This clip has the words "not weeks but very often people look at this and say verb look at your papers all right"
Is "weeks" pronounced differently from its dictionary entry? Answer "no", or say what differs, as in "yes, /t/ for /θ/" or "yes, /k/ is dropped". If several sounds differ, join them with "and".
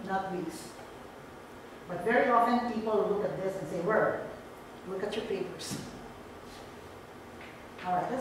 yes, /k/ is dropped